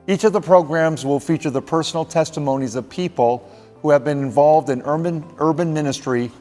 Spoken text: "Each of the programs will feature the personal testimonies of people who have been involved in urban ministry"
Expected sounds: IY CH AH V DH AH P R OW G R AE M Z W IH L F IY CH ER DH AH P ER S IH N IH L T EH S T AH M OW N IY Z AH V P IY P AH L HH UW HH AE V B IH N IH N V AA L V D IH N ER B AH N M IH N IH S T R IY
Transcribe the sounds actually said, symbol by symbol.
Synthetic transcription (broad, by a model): IY CH AH V DH AH P R OW G R AE M Z W IH L F IY CH ER DH AH P ER S N L T EH S T AH M OW N IY Z AH V P IY P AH L HH UW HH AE V B IH N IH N V AA L V D IH N ER B AH N M IH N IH S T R IY